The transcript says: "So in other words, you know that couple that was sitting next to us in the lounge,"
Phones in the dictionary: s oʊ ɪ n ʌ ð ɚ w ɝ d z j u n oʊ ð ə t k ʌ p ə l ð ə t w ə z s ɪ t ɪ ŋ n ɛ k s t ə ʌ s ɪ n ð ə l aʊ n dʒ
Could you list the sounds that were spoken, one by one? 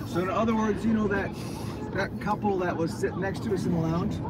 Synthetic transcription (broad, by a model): s oʊ ɪ n ʌ ð ɚ w ɝ d z j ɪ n oʊ ð ə t k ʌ p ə l ð ə t w ə z s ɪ t n ɛ k s t ə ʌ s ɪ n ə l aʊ n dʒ